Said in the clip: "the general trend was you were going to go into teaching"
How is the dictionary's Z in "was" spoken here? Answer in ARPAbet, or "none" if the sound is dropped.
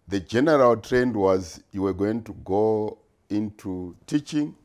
Z